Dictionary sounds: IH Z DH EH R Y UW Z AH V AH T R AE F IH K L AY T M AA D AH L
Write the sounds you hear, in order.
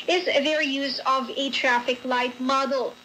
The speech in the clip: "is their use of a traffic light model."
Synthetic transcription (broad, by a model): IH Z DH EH R Y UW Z AH V AH T R AE F IH K L AY T M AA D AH L